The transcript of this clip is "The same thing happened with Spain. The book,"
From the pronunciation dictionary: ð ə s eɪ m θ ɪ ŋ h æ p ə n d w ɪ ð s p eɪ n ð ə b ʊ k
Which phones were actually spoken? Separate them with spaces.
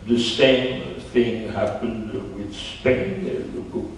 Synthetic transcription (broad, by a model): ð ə s eɪ m θ ɪ ŋ h æ p ə n d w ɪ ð s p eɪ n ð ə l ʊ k